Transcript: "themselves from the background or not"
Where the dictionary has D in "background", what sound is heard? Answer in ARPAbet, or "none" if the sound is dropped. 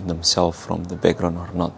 none